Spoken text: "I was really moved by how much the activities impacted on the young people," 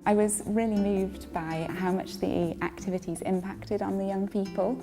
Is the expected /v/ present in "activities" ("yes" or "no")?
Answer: yes